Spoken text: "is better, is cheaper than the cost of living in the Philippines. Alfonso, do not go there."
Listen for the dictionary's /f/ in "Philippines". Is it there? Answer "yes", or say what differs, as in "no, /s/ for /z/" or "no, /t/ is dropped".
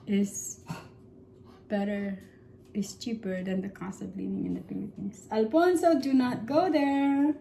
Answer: no, /p/ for /f/